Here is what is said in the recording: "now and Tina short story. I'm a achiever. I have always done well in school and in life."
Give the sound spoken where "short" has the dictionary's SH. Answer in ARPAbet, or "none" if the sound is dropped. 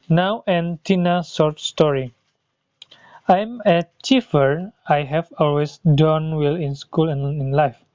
S